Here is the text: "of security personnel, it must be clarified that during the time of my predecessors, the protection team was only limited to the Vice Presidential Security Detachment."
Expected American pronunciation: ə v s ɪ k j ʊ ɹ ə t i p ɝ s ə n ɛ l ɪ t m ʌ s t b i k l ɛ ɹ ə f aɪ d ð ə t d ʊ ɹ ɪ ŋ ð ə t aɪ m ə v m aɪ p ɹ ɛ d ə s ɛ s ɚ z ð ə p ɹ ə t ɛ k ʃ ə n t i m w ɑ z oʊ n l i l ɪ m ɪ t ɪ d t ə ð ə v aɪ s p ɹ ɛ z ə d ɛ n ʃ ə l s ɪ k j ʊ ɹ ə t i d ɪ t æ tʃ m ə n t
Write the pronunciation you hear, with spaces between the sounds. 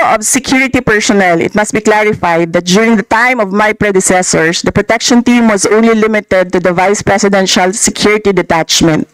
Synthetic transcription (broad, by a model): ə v s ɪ k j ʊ ɹ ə t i p ɝ s ə n ɛ l ɪ t m ʌ s t b i k l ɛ ɹ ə f aɪ d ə t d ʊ ɹ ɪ ŋ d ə t aɪ m ə v m aɪ p ɹ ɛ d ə s ɛ s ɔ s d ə p ɹ ə t ɛ k ʃ ə n t i m w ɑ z oʊ n l i l ɪ m ɪ t ɪ d t ə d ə v aɪ s p ɹ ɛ s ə d ɛ n ʃ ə l s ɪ k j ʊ ɹ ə t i d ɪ t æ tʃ m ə n t